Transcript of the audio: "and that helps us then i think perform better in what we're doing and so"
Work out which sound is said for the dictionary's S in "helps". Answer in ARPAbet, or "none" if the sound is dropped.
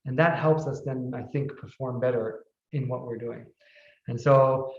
S